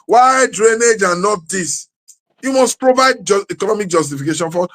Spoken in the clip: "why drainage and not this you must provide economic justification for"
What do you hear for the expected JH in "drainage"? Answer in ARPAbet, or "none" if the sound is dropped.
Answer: JH